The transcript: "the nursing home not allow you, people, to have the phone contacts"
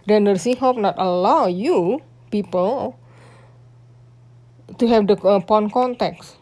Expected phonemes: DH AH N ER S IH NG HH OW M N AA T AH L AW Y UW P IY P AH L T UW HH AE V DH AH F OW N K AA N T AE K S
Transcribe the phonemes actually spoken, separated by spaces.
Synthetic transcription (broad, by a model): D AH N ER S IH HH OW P N AA T AH L AW Y UW P IY P AH L T UW HH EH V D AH P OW N K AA N T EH K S